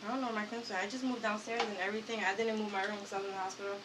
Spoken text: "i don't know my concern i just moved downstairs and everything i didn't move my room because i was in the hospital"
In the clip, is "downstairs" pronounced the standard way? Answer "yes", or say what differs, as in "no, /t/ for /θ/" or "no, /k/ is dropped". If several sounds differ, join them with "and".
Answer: yes